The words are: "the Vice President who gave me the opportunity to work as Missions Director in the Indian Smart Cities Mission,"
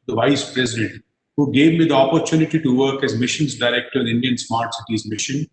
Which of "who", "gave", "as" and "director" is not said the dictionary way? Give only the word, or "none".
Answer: none